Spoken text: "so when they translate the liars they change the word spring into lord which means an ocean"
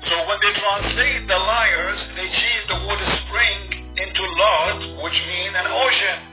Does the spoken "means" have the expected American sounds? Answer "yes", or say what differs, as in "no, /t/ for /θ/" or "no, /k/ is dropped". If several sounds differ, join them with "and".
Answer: no, /z/ is dropped